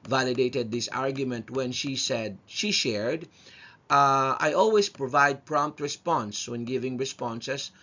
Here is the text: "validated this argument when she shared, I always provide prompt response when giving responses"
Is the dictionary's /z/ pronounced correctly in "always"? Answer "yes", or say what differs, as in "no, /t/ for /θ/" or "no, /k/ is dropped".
no, /s/ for /z/